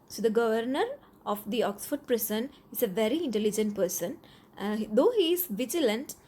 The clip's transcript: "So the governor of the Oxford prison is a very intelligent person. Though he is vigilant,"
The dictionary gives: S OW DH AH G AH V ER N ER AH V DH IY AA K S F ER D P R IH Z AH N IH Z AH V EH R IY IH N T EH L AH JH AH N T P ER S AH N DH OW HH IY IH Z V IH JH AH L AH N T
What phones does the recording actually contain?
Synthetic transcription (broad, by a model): S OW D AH G AH V ER N ER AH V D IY AA K S F ER D P R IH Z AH N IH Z AH V EH R IY IH N T EH L AH JH AH N T P ER S AH N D OW HH IY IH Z V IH JH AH L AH N T